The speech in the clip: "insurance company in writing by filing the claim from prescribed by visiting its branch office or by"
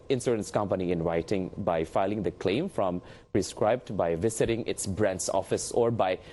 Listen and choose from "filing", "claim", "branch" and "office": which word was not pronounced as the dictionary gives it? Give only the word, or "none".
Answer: branch